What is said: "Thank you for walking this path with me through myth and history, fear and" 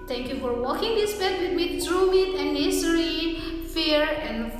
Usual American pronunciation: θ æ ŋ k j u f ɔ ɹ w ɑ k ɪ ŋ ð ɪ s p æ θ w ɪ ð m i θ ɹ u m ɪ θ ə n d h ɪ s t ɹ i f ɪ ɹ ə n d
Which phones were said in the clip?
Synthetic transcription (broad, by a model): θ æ ŋ k j u f ɔ ɹ w ɑ k ɪ ŋ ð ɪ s b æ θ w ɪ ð m i t ɹ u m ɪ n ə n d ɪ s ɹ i f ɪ ɹ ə n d